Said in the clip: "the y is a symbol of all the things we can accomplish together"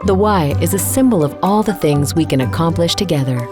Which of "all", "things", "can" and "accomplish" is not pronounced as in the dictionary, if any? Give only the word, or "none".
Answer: none